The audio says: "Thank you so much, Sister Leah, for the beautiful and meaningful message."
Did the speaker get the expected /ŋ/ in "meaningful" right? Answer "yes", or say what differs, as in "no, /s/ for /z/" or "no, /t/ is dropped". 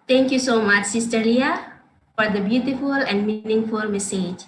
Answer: yes